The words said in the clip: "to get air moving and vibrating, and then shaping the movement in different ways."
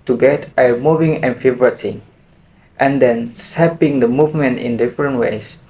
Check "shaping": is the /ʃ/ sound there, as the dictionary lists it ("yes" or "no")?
no